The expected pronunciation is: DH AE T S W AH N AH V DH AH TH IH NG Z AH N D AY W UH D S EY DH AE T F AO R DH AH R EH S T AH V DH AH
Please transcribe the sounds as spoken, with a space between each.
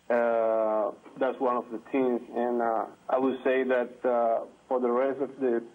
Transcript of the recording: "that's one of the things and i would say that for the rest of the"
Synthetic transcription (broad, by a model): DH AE T S W AH N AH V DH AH T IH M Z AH N AY W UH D S EY DH AE T F AO R DH AH R EH S T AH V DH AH